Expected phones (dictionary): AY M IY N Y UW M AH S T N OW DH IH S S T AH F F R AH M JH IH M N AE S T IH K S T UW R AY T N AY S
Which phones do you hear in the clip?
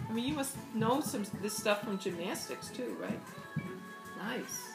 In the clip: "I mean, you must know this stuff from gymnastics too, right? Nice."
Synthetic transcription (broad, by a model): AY M IY N Y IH M AH S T N OW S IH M S T AH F F R AH M JH IH M N AE S T IH K S T UW R AY T N AY S